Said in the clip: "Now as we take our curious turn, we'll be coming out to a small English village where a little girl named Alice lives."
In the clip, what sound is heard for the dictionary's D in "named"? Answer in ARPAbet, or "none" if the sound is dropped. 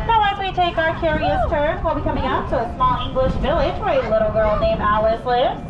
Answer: none